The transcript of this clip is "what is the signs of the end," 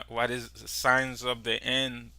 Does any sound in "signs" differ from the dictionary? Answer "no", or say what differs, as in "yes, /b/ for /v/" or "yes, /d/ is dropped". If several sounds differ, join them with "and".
no